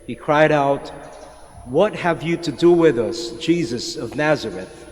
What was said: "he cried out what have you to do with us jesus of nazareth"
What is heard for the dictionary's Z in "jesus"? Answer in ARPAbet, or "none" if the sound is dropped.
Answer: Z